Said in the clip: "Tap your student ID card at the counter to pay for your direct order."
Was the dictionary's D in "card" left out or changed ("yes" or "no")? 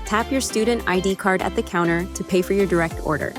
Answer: no